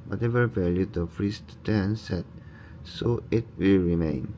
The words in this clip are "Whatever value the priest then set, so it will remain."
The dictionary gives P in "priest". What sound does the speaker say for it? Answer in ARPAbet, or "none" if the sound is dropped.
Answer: F